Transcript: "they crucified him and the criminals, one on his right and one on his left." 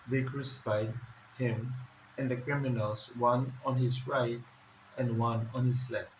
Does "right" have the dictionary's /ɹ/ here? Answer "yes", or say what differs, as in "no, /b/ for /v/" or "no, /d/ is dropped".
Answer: yes